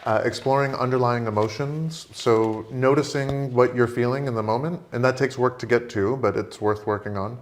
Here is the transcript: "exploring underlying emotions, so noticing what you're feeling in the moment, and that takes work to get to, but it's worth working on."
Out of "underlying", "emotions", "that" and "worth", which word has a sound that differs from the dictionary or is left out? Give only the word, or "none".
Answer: none